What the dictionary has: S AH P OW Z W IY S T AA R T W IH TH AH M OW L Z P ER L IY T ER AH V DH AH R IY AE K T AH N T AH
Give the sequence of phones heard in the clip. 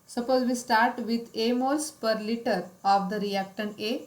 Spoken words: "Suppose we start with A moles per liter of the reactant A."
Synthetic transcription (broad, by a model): S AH P OW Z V IY S T AA R T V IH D AH M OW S P ER L IY T ER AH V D AH R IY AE K T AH N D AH